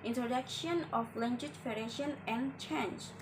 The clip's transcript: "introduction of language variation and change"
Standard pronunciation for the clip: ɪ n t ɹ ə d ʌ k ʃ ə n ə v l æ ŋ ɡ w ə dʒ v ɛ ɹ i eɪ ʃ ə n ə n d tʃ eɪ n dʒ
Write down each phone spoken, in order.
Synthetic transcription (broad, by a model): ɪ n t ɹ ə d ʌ k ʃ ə n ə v l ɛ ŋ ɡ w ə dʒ f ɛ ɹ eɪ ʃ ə n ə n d tʃ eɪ n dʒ